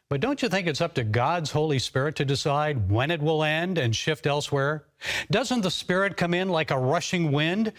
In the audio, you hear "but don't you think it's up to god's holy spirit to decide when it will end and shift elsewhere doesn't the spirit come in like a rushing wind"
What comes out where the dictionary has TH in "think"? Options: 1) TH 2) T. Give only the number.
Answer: 1